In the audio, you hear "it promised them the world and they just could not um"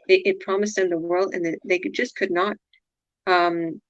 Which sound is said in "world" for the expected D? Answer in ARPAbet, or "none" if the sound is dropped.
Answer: D